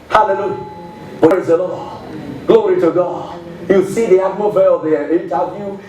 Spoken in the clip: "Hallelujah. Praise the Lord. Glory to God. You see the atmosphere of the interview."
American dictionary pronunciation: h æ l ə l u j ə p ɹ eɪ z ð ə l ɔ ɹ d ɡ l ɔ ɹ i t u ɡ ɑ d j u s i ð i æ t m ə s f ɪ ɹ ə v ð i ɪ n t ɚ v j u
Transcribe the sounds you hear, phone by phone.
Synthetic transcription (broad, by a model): h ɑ l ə l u j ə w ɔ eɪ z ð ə l ɔ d ɡ l ɔ ɹ i t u ɡ ɑ d j u s i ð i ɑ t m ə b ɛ ə v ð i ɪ n t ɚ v j u